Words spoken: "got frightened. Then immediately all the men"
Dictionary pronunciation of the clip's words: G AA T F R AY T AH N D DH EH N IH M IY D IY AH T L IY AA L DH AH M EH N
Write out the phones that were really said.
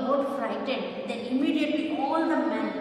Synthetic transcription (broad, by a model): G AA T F R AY T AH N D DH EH IH M IY D IY AH T L IY AA L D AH M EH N